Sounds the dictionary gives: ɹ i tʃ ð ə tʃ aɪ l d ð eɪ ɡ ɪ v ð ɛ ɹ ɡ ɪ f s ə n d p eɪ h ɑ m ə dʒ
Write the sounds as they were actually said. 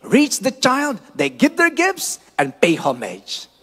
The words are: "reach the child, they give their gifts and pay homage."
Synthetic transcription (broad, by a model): ɹ i tʃ ð ə tʃ aɪ l d ð eɪ ɡ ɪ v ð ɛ ɹ ɡ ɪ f s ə n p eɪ h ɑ m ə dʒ